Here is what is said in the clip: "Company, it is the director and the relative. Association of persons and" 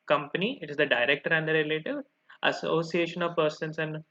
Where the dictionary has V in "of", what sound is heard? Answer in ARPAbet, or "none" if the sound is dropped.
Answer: V